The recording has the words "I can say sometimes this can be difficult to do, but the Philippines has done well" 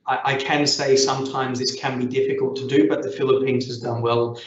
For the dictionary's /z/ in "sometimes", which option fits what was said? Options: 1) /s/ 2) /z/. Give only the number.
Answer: 2